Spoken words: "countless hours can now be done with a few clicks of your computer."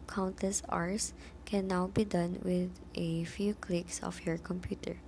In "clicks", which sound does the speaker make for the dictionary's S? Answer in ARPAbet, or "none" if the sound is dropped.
S